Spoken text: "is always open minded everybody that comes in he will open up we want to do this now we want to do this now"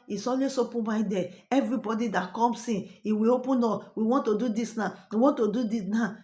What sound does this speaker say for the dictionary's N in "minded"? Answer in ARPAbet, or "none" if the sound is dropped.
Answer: none